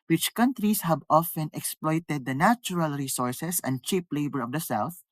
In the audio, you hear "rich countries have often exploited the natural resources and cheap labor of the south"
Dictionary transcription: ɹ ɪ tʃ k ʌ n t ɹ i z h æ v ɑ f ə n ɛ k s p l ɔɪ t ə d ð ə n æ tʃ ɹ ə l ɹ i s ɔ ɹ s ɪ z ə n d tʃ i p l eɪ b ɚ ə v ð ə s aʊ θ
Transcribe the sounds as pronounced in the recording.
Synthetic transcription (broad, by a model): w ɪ tʃ k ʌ n t ɹ i s h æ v ɑ f ə n ɛ k s p l ɔɪ t ə d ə n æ tʃ ɹ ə l ɹ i s ɔ ɹ s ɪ s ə n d tʃ i p l eɪ b ɚ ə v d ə s aʊ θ